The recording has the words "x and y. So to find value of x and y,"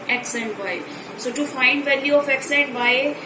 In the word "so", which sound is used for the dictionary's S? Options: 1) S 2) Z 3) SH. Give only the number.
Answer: 1